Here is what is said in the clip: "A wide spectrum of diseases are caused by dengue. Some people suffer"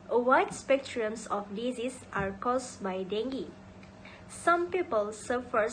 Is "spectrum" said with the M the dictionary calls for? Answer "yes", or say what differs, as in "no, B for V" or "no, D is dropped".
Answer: no, M is dropped